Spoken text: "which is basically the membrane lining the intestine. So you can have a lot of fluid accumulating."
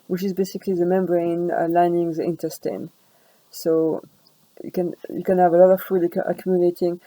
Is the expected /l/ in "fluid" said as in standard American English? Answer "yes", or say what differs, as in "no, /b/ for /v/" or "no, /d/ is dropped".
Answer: no, /l/ is dropped